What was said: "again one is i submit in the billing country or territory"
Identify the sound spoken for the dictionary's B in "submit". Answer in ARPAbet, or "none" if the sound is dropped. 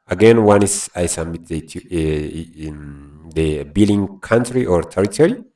none